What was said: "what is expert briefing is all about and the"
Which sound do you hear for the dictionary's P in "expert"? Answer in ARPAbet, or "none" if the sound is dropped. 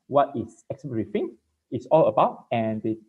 none